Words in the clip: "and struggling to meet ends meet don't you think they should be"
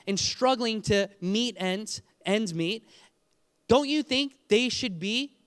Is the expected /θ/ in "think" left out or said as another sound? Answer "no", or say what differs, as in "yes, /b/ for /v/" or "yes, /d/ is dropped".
no